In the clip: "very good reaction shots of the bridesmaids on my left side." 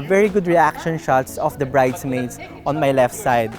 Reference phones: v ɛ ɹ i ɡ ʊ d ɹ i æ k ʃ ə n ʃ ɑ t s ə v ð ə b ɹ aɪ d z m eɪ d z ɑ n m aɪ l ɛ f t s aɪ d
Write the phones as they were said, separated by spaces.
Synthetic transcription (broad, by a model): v ɛ ɹ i ɡ ʊ d ɹ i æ k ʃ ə n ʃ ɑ t s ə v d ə b ɹ aɪ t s m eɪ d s ɑ n m aɪ l ɛ f t s aɪ d